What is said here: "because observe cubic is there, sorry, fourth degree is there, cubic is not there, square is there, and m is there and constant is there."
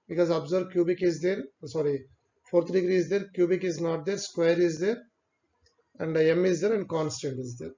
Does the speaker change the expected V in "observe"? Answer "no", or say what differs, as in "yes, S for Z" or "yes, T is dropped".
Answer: yes, B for V